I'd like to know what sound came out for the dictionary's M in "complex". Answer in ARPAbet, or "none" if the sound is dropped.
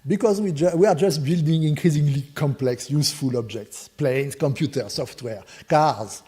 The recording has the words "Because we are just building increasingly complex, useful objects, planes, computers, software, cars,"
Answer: M